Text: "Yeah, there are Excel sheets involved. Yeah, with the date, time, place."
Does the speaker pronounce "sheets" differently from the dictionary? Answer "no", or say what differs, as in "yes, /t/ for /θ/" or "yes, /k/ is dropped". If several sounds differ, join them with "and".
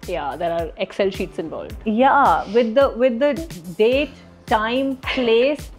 no